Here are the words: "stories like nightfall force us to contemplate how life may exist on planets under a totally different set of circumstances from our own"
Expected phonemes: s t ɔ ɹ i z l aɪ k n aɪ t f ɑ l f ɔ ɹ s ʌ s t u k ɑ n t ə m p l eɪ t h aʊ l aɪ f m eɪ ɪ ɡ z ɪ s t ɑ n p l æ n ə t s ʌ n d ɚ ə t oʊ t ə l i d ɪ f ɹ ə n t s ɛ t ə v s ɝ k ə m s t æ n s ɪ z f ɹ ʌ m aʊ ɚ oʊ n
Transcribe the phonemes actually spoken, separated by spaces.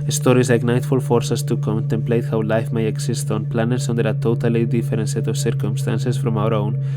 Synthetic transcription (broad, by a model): s t ɔ ɹ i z l aɪ k n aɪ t f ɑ l f ɔ ɹ s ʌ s t u k ɑ n t ə m p l eɪ t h aʊ l aɪ f m eɪ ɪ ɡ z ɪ s t ɑ n p l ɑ n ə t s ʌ n d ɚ ə t oʊ t ə l i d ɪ f ɹ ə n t s ɛ t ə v s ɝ k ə m s t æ n s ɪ s f ɹ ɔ m aʊ ɚ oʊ n